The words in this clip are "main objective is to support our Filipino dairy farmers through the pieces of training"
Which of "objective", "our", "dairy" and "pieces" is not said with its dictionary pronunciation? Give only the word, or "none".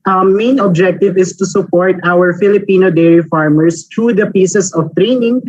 pieces